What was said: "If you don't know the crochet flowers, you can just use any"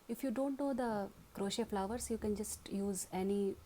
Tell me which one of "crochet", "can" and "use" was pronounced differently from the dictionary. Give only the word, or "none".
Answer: none